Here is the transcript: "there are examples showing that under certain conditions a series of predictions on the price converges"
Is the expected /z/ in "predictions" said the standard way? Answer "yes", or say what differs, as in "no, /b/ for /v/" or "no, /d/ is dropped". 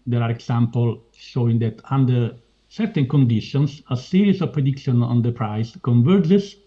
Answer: no, /z/ is dropped